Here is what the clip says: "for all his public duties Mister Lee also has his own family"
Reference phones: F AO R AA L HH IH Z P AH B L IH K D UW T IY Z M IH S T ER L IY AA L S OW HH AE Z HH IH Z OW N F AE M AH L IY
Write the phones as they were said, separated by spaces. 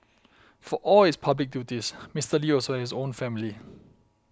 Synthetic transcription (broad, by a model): F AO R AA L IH S P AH B L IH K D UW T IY S M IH S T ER L IY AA S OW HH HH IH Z OW N F AE M AH L IY